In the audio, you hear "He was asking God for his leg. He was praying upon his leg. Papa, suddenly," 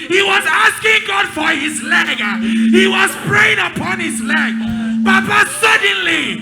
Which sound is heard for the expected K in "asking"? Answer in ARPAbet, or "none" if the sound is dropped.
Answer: K